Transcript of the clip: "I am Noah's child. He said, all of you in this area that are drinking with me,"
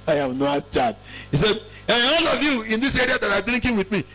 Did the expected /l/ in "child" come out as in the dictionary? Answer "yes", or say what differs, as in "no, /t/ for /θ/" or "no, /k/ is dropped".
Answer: no, /l/ is dropped